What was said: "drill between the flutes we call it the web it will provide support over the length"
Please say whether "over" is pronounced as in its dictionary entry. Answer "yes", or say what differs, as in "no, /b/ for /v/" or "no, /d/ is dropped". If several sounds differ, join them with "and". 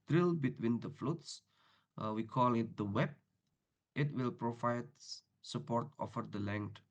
no, /f/ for /v/